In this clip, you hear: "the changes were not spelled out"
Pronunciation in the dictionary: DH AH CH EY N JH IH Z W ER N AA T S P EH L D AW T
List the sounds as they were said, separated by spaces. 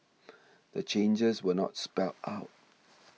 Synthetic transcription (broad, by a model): DH AH CH EY N JH IH Z W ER N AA T S P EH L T AW T